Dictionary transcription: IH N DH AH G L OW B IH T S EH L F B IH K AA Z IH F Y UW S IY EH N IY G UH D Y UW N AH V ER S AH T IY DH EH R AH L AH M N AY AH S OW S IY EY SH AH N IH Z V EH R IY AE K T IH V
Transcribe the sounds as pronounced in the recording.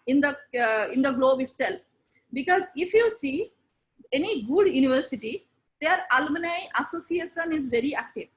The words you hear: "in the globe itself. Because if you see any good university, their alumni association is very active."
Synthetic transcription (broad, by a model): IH N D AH G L OW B IH T S EH L F B IH K AA Z IH F Y UW S IY EH N IY G UH D Y UW N AH V ER S AH T IY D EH R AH L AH N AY AH S OW S IY EY SH AH N IH Z V EH R IY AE K T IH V